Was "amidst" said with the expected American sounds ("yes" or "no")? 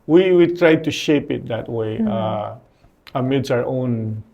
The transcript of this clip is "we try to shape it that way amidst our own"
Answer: no